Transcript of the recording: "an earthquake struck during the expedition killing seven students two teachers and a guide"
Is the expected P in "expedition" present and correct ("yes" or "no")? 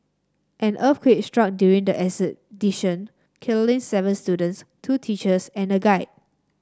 no